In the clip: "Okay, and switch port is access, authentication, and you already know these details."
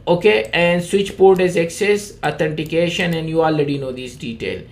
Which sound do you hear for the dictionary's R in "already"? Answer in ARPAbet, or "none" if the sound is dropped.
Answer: R